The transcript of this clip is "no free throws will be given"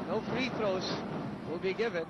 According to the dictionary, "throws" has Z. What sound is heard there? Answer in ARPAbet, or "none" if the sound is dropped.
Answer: S